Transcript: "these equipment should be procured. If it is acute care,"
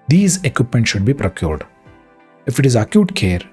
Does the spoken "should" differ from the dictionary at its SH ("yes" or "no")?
no